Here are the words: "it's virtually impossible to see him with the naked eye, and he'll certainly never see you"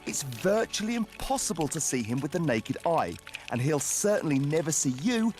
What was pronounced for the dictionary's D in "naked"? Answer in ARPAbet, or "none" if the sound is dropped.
D